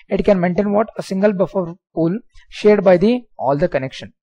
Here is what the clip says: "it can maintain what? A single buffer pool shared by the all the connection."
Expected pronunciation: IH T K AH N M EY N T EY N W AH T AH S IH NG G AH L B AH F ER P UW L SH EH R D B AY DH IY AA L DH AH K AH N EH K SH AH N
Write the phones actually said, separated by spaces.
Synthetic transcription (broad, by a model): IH T K AH N M EY N T EY N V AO T AH S IH NG G AH L B AH F ER P UW L SH EH R D B AY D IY AA L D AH K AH N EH K SH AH N